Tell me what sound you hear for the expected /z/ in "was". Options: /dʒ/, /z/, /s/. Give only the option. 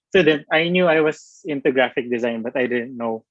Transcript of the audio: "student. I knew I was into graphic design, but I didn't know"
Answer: /s/